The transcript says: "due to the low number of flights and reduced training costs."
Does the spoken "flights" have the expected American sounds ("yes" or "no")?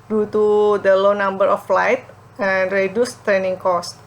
no